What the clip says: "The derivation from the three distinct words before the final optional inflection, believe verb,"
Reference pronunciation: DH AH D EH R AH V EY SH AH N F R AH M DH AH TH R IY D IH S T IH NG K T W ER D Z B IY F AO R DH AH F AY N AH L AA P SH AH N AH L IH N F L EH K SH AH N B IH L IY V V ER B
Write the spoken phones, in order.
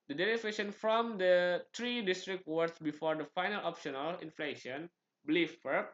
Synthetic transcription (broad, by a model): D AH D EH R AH F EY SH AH N F R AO M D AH T R IY D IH S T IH K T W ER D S B IY F AO R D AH F AY N AH L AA P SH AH N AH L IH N F L EH SH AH N B L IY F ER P